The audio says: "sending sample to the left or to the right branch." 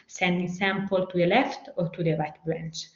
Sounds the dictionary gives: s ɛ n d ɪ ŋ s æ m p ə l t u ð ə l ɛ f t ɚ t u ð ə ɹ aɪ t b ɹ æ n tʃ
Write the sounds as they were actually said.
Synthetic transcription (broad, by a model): s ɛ n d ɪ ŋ s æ m p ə l t u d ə l ɛ f t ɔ t u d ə ɹ aɪ t b ɹ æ n tʃ